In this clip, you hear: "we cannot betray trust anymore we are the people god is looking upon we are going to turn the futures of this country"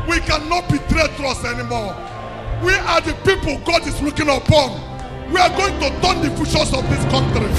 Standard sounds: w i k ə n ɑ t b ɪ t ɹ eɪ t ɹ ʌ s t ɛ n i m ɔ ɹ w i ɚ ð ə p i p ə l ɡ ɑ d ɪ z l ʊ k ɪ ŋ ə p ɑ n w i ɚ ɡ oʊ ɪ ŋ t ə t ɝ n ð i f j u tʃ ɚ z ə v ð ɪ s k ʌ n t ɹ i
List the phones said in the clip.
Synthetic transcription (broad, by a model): w i k ə n ɑ t b ɪ t ɹ eɪ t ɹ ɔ s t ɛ n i m ɔ w i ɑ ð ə p i p ə l ɡ ɑ d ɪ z l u k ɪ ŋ ə p ɑ n w i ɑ ɡ oʊ ɪ ŋ t ə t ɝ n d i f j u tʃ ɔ s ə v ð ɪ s k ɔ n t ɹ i